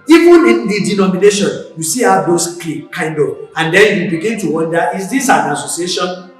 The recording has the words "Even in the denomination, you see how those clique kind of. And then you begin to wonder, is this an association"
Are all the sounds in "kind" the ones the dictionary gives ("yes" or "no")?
yes